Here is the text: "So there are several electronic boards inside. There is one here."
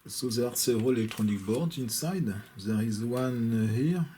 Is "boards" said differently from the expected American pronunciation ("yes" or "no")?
yes